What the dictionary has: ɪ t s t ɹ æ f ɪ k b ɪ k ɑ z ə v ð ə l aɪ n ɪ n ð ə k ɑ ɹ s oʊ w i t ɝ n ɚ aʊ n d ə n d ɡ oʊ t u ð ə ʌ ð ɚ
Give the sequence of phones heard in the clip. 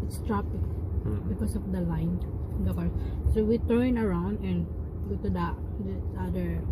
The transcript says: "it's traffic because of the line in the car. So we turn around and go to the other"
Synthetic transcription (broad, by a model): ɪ t s t ɹ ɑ p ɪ k b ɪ k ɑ s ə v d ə l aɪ ɪ n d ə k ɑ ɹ s oʊ w i t ɝ n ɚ aʊ n d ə n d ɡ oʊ t u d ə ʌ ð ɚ